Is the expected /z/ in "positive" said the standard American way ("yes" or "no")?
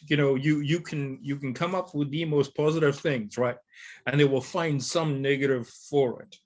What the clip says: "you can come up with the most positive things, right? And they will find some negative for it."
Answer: yes